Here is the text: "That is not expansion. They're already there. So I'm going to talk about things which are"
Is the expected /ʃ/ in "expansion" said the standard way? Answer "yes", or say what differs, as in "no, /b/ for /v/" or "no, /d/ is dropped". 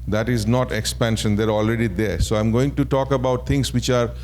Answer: yes